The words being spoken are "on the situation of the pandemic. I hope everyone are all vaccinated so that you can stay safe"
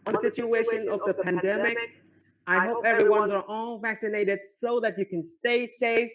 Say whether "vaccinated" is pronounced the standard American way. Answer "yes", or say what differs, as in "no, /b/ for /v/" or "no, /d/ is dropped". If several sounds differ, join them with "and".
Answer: yes